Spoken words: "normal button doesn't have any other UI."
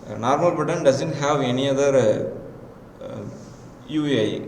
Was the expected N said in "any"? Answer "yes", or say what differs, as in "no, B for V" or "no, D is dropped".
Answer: yes